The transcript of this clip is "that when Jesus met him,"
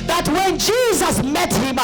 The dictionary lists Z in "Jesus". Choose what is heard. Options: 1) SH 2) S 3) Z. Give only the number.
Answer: 3